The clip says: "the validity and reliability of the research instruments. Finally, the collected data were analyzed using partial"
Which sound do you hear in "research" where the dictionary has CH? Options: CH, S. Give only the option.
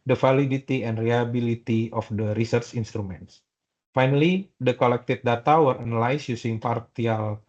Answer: CH